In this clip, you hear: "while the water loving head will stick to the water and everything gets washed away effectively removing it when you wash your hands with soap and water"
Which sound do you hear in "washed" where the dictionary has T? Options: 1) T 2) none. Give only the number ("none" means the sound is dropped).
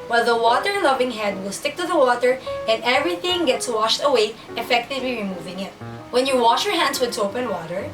1